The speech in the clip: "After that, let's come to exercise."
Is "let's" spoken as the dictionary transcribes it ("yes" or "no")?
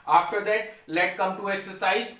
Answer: no